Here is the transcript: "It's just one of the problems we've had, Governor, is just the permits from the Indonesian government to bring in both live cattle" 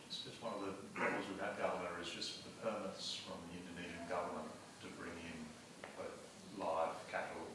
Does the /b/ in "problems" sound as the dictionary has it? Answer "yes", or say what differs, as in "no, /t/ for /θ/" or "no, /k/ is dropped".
no, /b/ is dropped